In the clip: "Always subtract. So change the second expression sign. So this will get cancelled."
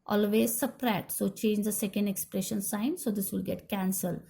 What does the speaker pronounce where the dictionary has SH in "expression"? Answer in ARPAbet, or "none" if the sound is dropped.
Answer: SH